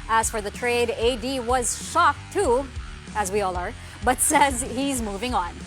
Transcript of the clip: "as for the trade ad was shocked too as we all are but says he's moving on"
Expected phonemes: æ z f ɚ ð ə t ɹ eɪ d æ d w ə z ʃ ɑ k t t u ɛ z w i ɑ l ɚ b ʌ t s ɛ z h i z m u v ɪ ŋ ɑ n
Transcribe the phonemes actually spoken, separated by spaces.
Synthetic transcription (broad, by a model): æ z f ɚ ð ə t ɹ eɪ d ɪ d w ə z ʃ ɑ k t t u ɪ z w i ɑ l ɚ b ʌ t s ɛ z h i z m u v ɪ ŋ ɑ n